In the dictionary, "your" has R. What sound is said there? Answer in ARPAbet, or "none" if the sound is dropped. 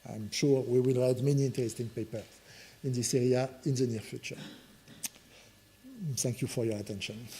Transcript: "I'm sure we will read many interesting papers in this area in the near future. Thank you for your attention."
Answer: R